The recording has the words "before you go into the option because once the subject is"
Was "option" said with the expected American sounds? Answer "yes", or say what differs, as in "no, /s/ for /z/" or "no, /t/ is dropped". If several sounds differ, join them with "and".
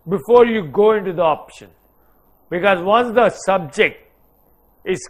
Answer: yes